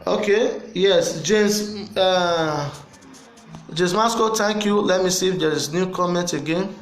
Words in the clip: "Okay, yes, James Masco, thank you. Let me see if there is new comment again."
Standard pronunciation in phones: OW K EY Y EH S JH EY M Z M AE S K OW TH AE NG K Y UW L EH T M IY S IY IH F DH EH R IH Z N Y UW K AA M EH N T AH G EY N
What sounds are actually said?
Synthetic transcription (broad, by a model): OW K EY Y EH S JH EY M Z M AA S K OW T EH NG K Y UW L EH T M IY S IY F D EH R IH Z N Y UW K AA M EH N T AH G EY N